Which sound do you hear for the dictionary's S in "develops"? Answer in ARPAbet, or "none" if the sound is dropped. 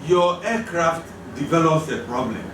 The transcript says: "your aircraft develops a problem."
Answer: S